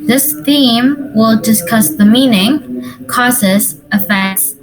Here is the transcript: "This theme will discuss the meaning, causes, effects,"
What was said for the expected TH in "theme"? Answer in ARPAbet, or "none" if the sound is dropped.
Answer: TH